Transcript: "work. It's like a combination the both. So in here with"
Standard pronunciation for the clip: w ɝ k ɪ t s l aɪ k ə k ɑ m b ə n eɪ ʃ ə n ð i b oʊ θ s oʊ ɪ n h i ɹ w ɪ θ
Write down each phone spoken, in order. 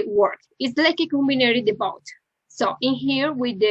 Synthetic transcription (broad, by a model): w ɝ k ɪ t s l aɪ k ə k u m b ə n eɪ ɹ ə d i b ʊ t s oʊ ɪ n h i ɹ w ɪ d